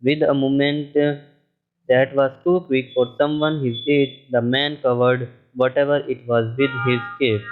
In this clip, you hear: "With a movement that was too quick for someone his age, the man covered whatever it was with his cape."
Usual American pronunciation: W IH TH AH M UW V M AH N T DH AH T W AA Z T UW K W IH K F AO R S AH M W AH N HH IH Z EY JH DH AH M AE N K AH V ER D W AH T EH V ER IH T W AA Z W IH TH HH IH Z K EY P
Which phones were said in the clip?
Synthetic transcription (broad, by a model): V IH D AH M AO M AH N T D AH T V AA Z T UW K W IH K F AO R S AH M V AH N HH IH S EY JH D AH M AE N K AH V ER D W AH T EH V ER IH T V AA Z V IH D HH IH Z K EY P